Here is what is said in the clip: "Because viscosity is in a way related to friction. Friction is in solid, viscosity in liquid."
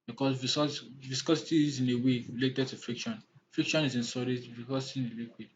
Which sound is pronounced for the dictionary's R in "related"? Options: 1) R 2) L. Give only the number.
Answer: 2